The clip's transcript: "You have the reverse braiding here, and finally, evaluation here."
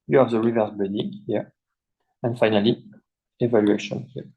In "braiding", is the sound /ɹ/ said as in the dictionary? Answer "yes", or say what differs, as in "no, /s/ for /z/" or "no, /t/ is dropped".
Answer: no, /ɹ/ is dropped